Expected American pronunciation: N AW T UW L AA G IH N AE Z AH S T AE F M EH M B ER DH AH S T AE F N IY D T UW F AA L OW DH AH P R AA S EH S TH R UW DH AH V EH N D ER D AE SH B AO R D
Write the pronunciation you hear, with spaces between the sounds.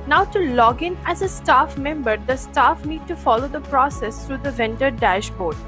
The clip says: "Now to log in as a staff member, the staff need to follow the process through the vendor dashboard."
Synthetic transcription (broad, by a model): N AW T UW L AA G IH N AE Z AH S T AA F M EH M B ER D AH S T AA F N IY D T UW F AA L OW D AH P R AA S EH S T R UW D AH V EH N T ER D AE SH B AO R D